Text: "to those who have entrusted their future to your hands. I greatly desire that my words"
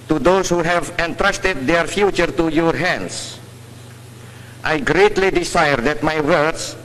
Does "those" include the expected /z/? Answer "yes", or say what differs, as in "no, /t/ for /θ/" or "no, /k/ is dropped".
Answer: no, /s/ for /z/